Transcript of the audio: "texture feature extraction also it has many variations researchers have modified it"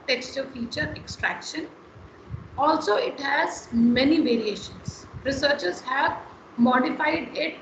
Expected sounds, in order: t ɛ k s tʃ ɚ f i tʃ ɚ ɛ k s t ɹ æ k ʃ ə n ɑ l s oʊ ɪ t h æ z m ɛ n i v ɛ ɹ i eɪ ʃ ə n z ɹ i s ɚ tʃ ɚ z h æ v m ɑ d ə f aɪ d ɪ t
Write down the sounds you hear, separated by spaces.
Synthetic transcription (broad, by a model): t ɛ k s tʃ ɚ f i tʃ ɚ ɛ k s t ɹ æ k ʃ ə n ɑ l s oʊ ɪ t h æ z m ɛ n i v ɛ ɹ i eɪ ʃ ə n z ɹ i s ɚ tʃ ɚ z h æ v m ɑ d ə f aɪ d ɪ t